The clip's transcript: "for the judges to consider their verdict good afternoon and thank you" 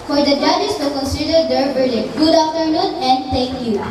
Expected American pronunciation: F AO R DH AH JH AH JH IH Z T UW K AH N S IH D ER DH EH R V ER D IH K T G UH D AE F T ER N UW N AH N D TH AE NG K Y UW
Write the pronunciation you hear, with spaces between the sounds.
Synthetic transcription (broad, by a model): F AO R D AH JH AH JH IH S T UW K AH N S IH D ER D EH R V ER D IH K G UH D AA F T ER N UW N AH N D T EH NG K Y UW